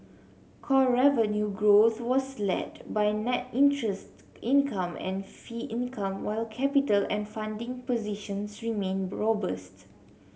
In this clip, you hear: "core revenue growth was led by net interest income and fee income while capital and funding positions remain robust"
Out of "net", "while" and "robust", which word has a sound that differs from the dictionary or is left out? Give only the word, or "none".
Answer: none